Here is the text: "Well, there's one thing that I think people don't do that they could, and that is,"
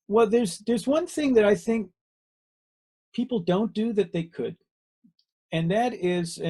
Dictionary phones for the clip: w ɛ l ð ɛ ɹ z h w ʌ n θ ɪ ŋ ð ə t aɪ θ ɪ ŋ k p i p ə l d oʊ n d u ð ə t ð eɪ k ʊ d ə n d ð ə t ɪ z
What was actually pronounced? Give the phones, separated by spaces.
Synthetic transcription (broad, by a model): w ɛ l ð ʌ ɹ z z w ʌ n θ ɪ ŋ ð ə t aɪ θ ɪ ŋ k p i p l d oʊ n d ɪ ð ə t ð eɪ k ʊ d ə n ð ə t ɪ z